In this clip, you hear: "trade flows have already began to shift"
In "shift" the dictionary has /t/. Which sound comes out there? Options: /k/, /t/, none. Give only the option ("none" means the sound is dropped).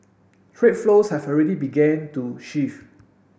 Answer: none